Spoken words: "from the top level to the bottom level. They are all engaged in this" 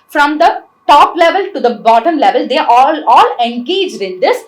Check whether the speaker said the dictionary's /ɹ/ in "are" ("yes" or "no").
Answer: no